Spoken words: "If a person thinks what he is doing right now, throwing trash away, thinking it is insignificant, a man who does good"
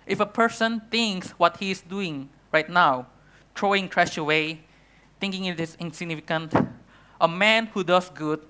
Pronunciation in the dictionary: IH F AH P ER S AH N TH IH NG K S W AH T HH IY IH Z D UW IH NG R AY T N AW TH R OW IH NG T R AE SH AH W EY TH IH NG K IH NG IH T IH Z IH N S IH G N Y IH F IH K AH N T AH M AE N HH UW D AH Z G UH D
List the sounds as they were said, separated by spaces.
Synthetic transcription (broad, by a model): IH F AH P ER S AH N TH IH NG K S W AH T HH IY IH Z D UW IH NG R AY T N AW T R OW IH NG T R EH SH AH W EY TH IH NG K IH NG IH T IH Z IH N S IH G N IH F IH K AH N T AH M AE N HH UW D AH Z G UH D